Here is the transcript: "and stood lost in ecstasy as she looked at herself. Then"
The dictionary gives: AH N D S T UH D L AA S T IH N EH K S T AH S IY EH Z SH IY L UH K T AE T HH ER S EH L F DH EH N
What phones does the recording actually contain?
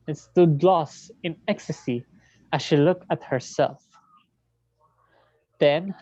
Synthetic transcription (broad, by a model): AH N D S T UH D L AA S T IH N EH K S T AH S IY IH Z SH IY L UH K T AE T HH ER S EH L F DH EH N